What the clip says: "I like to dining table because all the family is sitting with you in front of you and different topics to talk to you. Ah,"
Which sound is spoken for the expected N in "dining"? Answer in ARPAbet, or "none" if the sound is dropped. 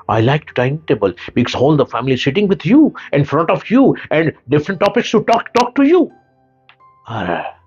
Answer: none